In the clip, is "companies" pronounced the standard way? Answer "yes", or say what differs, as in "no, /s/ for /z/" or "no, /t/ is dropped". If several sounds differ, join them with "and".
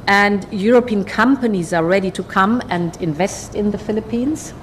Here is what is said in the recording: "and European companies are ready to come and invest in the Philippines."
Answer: yes